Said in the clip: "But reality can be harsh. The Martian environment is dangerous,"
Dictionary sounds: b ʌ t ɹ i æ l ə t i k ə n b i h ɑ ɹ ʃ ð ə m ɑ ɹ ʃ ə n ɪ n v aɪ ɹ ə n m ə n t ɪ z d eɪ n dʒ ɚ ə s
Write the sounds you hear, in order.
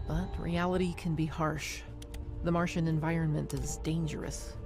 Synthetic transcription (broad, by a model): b ʌ t ɹ i æ l ə t i k ə n b i h ɑ ɹ ʃ ð ə m ɑ ɹ ʃ ə n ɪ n v aɪ ɹ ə n m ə n t ɪ z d eɪ n dʒ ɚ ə s